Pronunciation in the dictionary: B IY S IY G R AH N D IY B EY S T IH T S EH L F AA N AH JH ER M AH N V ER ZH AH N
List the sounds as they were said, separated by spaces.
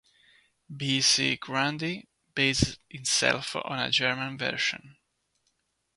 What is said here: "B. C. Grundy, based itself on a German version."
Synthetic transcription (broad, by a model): B IY S IY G R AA N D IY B EY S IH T S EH L F AA N AH JH ER M AH N V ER SH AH N